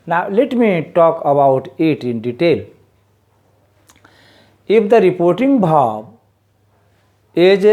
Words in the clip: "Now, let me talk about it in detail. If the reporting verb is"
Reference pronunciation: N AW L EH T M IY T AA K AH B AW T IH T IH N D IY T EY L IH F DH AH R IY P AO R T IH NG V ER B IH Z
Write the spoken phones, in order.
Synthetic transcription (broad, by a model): N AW L EH T M IY T AA K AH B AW T IH T IH N D IY T EY L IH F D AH R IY P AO R T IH NG B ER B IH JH